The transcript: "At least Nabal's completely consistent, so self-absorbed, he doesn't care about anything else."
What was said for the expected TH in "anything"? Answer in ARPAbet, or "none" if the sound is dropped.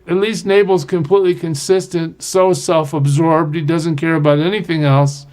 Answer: TH